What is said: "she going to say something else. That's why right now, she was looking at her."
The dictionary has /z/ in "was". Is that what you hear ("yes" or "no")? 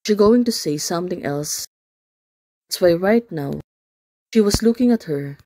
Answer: no